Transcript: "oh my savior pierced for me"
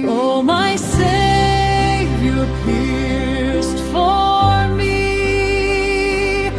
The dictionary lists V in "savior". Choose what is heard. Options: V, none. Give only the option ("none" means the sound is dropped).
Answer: none